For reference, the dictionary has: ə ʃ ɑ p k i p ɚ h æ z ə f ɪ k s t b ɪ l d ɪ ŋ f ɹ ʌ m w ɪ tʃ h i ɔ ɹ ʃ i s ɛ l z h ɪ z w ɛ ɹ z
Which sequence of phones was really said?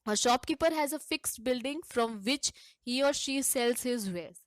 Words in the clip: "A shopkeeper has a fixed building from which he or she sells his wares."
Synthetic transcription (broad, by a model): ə ʃ ɑ p k i p ɚ h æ z ə f ɪ k s t b ɪ l d ɪ ŋ f ɹ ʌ m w ɪ tʃ h i ɔ ɹ ʃ i s ɛ l z h ɪ z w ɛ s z